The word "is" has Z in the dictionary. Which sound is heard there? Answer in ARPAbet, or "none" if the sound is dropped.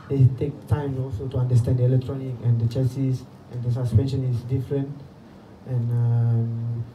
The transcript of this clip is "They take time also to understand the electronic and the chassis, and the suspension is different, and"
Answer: S